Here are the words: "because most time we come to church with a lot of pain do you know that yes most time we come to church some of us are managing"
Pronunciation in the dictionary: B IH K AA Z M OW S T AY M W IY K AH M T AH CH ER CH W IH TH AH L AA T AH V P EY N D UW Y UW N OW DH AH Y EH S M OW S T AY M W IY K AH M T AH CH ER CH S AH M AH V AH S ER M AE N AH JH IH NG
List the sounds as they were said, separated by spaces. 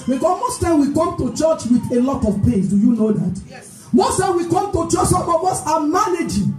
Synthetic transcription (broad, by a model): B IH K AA M OW S T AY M W IY K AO M T AH CH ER CH W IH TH AH L AA T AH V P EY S D UW Y UW N OW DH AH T M OW S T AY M W IY K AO M T AH CH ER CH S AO AH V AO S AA M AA N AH JH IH